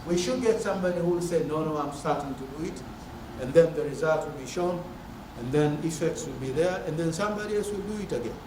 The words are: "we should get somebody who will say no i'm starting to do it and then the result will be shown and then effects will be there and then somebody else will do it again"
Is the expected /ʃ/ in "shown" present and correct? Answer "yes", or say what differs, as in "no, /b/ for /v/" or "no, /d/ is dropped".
yes